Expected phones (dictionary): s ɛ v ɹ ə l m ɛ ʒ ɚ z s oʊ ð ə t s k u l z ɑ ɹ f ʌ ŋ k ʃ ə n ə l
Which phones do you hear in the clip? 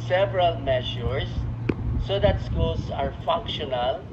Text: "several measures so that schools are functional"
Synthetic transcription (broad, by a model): s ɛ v ɹ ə l m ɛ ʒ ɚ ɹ s oʊ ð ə t s k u l s ɑ ɹ f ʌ ŋ k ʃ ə n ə l